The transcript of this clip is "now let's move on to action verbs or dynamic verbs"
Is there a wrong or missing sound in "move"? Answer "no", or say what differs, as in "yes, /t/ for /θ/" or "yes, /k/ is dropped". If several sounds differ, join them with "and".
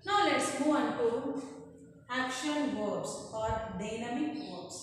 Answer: yes, /v/ is dropped